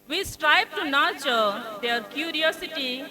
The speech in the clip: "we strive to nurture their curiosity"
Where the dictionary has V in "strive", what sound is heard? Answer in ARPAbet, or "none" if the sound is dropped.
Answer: B